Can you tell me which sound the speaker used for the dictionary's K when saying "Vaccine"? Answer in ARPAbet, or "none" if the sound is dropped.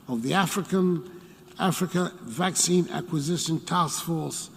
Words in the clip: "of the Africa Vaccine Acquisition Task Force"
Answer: K